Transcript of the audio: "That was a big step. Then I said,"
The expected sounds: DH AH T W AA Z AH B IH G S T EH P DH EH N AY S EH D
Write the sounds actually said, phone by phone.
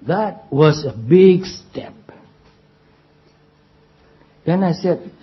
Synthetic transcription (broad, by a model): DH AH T W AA S AH B IH G S T EH P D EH N AY S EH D